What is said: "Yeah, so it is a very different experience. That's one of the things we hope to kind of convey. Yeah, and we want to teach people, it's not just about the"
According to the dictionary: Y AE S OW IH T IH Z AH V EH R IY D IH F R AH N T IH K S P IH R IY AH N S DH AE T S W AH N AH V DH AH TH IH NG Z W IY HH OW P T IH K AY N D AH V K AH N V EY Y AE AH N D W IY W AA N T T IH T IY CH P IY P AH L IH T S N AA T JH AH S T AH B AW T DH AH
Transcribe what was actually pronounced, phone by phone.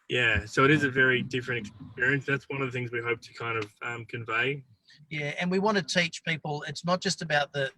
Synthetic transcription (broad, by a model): Y AE S OW IH T IH Z AH V EH R IY D IH F R AH N T IH K S P IH R IY AH N S DH AE T S W AH N AH V DH AH TH IH NG Z W IY HH OW P T IH K AY N D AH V K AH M V EY Y AE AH N W IY W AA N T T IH T IY CH P IY P L IH T S N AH T JH AH S T AH B AW T DH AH